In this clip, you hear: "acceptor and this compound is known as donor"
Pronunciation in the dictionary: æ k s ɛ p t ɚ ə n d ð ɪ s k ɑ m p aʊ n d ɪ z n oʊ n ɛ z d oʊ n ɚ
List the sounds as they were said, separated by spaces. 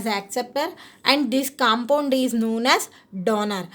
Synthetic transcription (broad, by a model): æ k s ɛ p t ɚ ə n d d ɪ s k ɑ m p aʊ n d ɪ z n oʊ n ɛ z d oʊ n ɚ